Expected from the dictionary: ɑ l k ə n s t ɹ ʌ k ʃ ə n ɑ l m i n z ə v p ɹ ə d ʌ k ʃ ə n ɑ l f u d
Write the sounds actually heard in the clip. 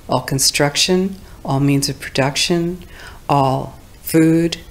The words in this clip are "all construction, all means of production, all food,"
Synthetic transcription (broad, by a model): ɑ l k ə n s t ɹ ʌ k ʃ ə n ɑ l m i n z ə v p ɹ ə d ʌ k ʃ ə n ɑ l f u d